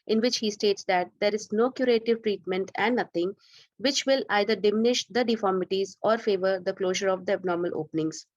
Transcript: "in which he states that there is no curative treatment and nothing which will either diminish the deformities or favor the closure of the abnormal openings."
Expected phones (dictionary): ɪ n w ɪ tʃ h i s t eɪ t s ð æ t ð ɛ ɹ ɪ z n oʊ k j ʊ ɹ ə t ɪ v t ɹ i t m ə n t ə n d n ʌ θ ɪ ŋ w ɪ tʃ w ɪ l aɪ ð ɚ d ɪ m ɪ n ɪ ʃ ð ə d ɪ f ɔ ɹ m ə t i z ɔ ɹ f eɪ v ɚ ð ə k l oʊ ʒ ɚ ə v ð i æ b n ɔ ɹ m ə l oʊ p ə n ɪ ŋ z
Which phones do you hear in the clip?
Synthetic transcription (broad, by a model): ɪ n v ɪ tʃ h i s t eɪ t s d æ t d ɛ ɹ ɪ z n oʊ k j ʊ ɹ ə t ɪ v t ɹ i t m ə n t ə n d n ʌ t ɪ ŋ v ɪ tʃ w ɪ l aɪ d ɚ d ɪ m ɪ n ɪ ʃ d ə d ɪ f ɔ ɹ m ə t i z ɔ ɹ f eɪ v ɚ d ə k l oʊ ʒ ɚ ə v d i æ b n ɔ ɹ m ə l oʊ p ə n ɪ ŋ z